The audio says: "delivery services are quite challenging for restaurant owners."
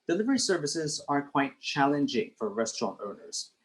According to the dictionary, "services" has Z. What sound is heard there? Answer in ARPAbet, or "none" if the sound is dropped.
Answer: Z